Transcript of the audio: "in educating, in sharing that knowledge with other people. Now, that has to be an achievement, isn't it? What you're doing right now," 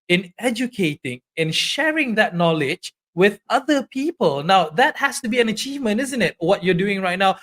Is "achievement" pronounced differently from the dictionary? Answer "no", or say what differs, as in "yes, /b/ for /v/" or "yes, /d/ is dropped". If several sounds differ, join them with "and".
no